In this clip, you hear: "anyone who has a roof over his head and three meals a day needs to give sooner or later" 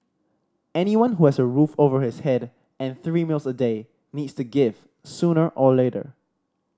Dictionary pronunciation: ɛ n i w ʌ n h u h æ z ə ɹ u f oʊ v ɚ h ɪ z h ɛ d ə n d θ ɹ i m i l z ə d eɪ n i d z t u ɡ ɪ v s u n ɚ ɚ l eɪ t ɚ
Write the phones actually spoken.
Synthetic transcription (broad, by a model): ɛ n i w ʌ n h u h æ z ə ɹ u f oʊ v ɚ h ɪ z h ɛ d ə n θ ɹ i m i l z ə d eɪ n i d s t u ɡ ɪ v s u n ɚ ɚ l eɪ t ɚ